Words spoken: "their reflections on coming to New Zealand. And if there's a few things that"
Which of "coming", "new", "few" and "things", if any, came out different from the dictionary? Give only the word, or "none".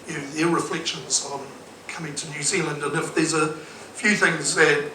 none